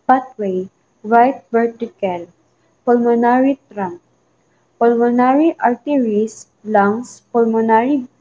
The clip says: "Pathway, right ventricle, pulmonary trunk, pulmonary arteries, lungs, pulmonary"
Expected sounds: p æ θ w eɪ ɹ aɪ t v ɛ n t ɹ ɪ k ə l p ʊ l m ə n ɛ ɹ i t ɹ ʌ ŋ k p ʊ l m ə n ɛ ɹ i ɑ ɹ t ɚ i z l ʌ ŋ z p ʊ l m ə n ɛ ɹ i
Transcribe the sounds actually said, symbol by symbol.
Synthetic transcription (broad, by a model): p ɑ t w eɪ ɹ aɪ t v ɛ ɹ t ɪ k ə l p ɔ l m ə n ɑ ɹ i t ɹ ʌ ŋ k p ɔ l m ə n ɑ ɹ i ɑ ɹ t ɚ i s l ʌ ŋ s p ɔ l m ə n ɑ ɹ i